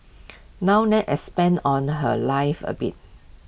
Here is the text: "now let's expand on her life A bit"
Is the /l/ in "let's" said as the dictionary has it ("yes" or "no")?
no